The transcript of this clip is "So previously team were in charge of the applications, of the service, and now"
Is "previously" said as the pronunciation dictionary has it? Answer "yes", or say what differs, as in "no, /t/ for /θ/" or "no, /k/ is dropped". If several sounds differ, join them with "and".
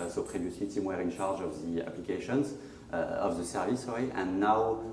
no, /l/ is dropped